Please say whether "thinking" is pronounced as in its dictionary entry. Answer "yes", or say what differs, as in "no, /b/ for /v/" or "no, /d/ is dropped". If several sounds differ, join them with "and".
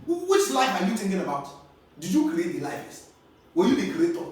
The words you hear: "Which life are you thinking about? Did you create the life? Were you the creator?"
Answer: no, /t/ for /θ/